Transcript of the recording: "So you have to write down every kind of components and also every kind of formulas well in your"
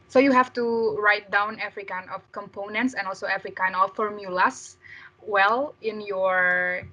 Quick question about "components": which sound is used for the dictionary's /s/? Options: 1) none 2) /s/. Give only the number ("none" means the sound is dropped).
2